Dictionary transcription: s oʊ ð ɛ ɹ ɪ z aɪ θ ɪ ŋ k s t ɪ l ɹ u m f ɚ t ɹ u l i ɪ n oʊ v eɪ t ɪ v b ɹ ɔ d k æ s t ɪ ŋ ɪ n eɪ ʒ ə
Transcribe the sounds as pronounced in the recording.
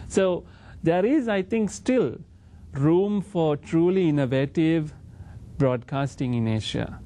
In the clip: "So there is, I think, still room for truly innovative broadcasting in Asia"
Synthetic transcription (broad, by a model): s oʊ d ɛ ɹ ɪ z aɪ t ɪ ŋ k s t ɪ l ɹ u m f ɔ t ɹ u l i ɪ n oʊ v eɪ t ɪ v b ɹ ɔ d k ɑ s t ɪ ŋ ɪ n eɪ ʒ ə